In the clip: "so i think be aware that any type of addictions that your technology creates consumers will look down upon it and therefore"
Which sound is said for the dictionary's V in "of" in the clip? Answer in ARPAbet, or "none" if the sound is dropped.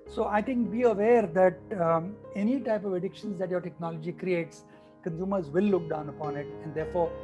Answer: V